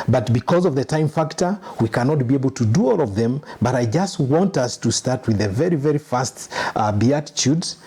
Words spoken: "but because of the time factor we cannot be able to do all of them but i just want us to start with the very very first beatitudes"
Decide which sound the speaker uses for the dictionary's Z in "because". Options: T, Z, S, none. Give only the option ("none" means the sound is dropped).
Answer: Z